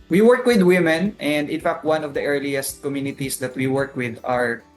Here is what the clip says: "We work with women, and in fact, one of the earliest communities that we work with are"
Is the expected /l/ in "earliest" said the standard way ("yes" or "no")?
yes